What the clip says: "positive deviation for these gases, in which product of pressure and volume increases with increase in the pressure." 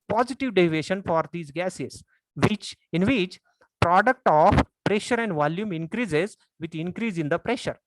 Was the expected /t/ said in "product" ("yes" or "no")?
yes